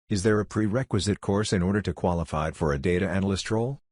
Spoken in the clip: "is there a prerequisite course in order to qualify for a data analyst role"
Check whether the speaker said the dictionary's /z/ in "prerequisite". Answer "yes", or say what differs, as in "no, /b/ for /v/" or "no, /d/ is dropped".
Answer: yes